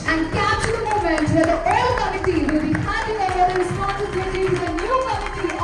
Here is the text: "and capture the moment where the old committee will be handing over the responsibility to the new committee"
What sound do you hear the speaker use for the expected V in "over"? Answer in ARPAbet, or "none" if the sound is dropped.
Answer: none